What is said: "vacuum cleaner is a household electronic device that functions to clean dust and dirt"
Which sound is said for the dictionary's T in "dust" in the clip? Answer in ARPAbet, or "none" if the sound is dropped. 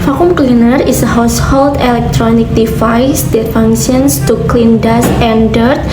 none